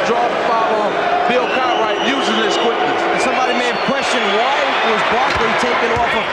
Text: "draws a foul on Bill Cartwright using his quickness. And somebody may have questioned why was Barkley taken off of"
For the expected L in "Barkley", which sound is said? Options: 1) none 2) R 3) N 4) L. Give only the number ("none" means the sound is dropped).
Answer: 1